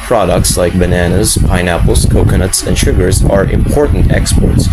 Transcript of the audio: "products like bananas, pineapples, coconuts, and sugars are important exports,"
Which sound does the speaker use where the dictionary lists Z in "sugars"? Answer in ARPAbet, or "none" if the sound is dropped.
Z